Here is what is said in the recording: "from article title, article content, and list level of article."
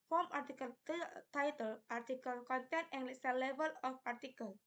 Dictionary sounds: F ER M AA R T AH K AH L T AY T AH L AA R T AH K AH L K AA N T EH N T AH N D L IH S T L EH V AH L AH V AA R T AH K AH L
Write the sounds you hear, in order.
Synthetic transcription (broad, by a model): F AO M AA R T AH K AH L T AY T AH L AA R T AH K AH L K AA N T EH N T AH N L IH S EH L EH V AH L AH P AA R T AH K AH L